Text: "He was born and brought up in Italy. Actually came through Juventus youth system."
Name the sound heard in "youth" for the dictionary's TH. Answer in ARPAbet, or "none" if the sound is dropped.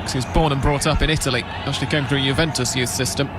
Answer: TH